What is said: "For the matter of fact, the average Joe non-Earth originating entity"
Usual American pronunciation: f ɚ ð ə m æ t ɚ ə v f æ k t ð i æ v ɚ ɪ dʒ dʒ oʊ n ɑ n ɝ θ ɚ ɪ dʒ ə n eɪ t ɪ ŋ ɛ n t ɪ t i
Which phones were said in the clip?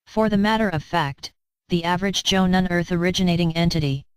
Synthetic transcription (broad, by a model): f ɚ ð ə m æ t ɚ ə v f æ k t ð i æ v ɚ ɪ dʒ dʒ oʊ n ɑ n ɝ θ ɚ ɪ dʒ ə n eɪ t ɪ ŋ ɛ n t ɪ t i